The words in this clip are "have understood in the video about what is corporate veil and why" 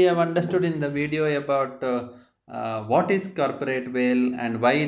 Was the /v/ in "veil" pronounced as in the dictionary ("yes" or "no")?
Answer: yes